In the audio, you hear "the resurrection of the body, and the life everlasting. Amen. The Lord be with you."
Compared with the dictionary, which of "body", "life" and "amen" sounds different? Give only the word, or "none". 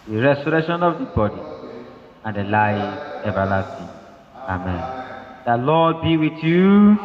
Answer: life